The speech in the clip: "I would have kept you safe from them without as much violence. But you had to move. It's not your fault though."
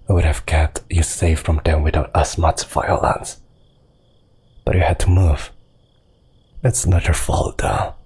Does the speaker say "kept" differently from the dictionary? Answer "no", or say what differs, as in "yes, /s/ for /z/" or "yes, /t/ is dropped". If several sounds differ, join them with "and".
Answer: yes, /p/ is dropped